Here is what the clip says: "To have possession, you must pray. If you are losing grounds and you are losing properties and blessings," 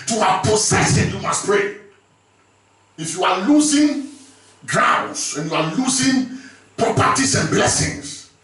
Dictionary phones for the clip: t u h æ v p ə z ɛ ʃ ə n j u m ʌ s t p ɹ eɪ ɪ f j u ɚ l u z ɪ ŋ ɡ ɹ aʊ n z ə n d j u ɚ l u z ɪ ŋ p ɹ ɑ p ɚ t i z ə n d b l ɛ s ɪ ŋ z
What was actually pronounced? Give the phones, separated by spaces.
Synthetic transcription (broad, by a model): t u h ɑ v p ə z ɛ s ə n j u m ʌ s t p ɹ eɪ ɪ f j u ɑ l u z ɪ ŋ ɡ ɹ aʊ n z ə n j u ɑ l u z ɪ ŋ p ɹ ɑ p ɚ t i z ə n b l ɛ s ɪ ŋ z